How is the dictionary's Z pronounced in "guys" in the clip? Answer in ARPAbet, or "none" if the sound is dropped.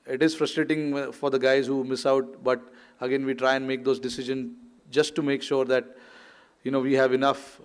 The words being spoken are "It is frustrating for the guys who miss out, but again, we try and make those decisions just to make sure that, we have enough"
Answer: Z